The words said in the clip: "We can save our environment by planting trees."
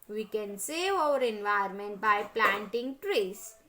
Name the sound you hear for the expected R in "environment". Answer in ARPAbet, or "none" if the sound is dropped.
none